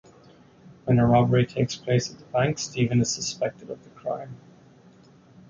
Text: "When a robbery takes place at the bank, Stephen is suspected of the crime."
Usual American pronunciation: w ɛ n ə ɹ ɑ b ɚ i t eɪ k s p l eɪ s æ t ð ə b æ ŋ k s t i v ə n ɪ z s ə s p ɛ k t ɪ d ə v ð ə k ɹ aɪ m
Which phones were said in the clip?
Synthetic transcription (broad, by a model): w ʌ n ə ɹ ɑ b ɚ i t eɪ k s p l eɪ s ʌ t ð ə b æ ŋ k s t i v ə n ɪ z s ə s p ɛ k t ɪ d ə v ð ə k ɹ aɪ m